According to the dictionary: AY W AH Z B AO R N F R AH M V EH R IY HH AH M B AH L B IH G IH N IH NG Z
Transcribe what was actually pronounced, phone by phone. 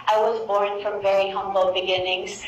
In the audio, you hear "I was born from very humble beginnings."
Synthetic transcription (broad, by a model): AY W AH Z B AO R N F R AH M V EH R IY HH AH M B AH L B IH G IH N IH NG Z